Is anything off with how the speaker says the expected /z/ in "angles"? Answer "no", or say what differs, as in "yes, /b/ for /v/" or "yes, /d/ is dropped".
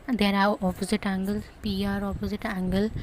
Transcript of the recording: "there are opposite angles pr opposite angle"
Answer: yes, /z/ is dropped